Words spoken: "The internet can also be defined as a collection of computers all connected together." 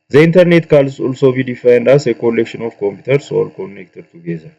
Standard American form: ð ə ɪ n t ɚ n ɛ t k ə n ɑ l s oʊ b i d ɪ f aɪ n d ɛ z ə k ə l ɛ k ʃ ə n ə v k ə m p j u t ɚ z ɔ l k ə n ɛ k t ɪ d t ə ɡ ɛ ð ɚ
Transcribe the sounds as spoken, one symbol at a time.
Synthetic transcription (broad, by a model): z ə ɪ n t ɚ n ɛ t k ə l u l s oʊ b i d ɪ f aɪ n d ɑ s ə k ə l ɛ k ʃ ə n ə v k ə m p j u t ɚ s ɔ l k ə n ɛ k t ɪ d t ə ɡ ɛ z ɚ